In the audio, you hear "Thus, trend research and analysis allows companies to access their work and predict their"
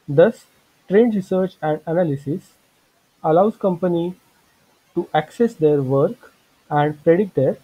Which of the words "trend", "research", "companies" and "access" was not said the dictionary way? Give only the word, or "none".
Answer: companies